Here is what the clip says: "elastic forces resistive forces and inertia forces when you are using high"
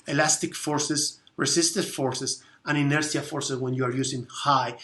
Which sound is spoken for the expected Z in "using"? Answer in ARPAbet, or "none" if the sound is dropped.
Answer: S